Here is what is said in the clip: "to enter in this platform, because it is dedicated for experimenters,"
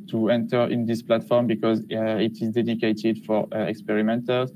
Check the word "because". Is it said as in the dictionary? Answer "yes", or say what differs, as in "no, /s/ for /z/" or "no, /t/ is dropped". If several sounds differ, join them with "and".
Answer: yes